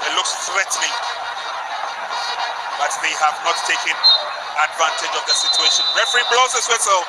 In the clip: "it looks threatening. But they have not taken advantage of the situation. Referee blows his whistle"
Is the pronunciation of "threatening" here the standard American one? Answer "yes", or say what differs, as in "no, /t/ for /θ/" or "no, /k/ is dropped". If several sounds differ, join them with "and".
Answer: no, /w/ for /ɹ/ and /l/ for /n/